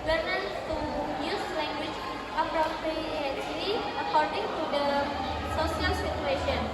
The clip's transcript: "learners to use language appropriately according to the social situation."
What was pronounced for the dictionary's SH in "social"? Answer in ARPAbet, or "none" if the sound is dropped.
S